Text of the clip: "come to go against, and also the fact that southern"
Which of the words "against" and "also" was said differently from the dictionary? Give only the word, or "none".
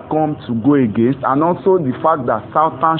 none